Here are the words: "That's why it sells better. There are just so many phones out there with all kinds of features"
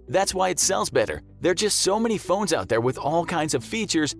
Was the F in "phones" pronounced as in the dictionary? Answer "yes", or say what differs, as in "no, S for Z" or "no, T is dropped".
yes